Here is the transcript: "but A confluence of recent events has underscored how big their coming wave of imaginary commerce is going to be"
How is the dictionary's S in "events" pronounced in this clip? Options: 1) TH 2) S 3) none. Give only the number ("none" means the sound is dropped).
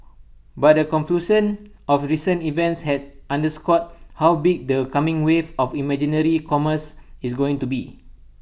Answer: 2